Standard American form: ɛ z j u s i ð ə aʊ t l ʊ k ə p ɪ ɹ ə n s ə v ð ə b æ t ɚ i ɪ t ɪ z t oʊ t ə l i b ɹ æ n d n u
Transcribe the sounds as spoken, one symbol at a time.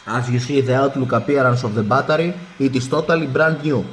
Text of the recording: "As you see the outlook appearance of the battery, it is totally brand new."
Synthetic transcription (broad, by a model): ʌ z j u s i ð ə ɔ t l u k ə p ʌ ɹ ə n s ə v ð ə b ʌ t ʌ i ɪ t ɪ s t oʊ t ə l i b ɹ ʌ n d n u